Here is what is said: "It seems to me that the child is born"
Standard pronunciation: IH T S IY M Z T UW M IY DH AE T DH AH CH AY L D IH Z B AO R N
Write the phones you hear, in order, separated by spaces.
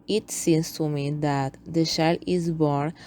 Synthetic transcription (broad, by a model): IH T S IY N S T UW M IY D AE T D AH SH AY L IH Z B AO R N